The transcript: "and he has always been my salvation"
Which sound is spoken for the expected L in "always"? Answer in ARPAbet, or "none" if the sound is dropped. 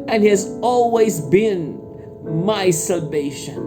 L